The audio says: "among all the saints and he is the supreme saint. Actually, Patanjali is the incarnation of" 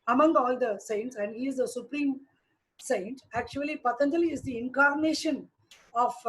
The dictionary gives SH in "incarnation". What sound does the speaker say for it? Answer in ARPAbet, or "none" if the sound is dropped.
SH